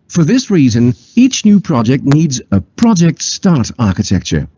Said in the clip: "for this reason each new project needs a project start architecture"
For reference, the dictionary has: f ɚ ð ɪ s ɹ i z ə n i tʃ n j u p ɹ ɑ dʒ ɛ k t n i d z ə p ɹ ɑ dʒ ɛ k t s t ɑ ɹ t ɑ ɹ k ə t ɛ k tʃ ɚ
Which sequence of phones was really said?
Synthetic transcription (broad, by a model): f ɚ ð ɪ s ɹ i z ə n i tʃ n j u p ɹ ɑ dʒ ɛ k t n i d z ə p ɹ ɑ dʒ ɛ k t s t ɑ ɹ t ɑ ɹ k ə t ɛ k tʃ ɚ